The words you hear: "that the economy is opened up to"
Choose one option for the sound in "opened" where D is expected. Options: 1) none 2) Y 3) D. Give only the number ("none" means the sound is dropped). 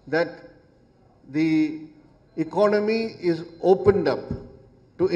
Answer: 3